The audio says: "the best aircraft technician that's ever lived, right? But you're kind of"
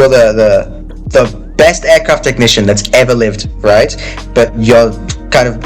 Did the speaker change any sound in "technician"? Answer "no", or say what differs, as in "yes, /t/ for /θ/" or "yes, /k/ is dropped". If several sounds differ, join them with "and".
no